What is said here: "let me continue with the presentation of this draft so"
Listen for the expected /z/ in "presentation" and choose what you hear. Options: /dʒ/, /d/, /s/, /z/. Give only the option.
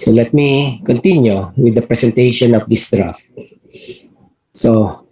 /s/